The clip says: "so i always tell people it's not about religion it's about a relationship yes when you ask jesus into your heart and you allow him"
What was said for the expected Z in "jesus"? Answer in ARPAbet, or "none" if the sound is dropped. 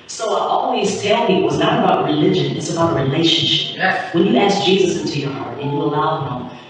Z